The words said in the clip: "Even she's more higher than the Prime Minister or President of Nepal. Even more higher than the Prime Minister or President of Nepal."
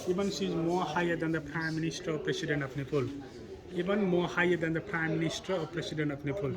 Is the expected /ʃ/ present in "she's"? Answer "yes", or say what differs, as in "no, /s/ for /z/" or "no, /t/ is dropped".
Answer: no, /s/ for /ʃ/